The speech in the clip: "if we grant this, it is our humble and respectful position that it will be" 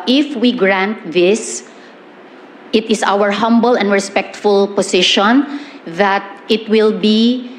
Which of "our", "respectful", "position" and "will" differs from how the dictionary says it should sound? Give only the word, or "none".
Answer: position